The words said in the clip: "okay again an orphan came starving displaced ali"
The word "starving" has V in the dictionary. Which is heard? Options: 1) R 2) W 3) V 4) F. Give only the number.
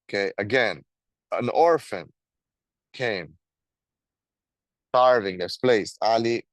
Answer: 3